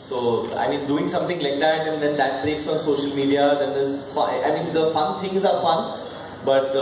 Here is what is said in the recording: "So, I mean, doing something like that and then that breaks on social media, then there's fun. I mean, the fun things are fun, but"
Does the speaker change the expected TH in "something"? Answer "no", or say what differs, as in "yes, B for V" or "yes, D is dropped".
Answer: yes, T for TH